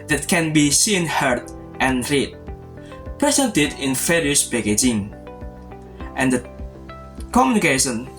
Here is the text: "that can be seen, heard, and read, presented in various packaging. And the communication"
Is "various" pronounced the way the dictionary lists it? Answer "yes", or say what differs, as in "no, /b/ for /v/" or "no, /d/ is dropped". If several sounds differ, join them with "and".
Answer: no, /f/ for /v/